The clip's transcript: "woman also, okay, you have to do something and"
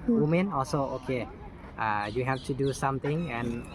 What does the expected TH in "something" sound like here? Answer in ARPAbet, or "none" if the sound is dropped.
T